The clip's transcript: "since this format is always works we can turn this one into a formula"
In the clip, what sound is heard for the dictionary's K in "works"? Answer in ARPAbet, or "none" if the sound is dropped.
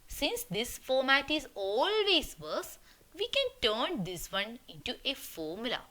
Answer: none